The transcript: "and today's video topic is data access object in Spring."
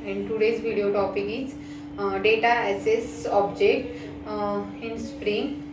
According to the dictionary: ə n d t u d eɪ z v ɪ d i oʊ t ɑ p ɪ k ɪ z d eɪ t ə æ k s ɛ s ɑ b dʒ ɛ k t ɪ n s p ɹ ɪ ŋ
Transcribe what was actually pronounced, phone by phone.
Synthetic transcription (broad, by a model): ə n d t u d eɪ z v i d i oʊ t ɑ p ɪ k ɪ s d eɪ t ə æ s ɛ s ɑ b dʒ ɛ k t ɪ n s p ɹ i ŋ